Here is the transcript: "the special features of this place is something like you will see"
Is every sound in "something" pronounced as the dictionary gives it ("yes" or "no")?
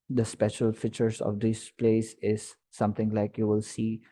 no